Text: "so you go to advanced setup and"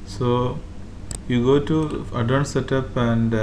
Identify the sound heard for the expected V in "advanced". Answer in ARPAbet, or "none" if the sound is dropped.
none